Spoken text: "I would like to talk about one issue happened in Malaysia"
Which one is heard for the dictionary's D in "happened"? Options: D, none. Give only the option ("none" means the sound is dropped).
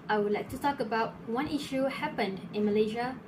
D